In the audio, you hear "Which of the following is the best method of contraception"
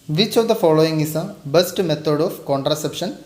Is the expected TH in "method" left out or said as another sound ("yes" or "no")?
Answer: yes